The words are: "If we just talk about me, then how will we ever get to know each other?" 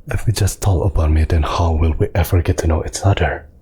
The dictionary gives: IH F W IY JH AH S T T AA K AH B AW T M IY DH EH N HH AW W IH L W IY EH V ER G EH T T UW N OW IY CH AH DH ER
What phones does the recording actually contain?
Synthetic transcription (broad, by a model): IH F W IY JH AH S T T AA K AH B AW T M IY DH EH N HH AW W IH L W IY EH V ER G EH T T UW N OW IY S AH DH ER